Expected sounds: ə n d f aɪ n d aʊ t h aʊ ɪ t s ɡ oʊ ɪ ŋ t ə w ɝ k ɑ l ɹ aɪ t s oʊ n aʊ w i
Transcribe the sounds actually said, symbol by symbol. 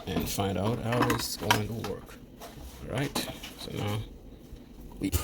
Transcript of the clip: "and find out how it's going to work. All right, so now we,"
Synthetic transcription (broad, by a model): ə n f aɪ n d aʊ t h aʊ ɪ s ɡ oʊ ɪ ŋ t ə w ɝ k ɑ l ɹ aɪ t s oʊ n aʊ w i